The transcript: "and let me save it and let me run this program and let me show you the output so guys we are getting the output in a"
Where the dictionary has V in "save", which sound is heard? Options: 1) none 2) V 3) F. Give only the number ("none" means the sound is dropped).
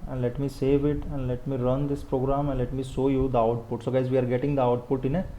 2